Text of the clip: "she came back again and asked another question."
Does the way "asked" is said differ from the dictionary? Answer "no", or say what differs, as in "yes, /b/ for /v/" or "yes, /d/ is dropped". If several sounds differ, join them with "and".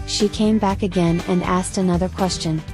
no